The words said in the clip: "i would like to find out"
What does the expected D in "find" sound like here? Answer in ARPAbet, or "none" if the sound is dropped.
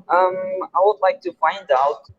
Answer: D